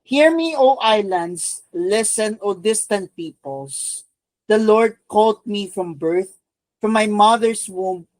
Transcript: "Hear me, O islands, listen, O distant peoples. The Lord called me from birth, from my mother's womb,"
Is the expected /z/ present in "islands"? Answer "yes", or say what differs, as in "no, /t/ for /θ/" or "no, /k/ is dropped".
no, /s/ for /z/